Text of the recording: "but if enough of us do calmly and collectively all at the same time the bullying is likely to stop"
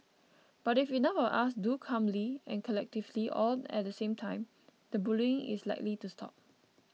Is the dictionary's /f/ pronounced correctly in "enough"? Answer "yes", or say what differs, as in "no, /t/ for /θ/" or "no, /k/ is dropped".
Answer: no, /f/ is dropped